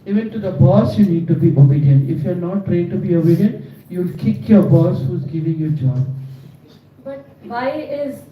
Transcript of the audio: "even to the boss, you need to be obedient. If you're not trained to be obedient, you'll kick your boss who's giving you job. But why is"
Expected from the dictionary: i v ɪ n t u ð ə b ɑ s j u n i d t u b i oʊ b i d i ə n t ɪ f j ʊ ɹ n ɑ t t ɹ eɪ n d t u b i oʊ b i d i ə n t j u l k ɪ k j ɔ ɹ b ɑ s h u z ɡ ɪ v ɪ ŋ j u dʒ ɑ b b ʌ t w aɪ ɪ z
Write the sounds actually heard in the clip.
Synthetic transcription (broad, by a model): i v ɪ n t u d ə b ɑ s j u n i d t u b i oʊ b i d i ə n ɪ f j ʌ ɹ n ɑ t t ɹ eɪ d t u b i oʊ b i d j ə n j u l k ɪ k j ɔ ɹ b ɑ s h u z ɡ ɪ v ɪ ŋ j u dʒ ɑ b b ʌ t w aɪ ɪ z